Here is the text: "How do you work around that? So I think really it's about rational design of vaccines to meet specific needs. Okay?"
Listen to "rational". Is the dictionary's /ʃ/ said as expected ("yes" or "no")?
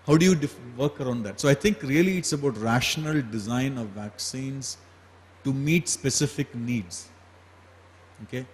yes